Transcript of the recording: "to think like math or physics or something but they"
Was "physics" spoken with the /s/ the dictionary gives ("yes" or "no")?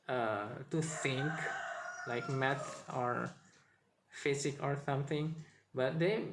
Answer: no